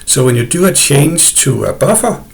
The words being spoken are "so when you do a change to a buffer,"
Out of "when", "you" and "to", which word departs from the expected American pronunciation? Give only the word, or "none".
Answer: to